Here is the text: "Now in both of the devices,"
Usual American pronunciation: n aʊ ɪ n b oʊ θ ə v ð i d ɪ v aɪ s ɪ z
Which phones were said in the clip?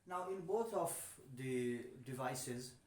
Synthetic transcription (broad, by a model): n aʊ ɪ n b oʊ t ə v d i d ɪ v aɪ s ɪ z